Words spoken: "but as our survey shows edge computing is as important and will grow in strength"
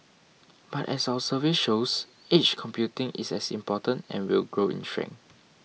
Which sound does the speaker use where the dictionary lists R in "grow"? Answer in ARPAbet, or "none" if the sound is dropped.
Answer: R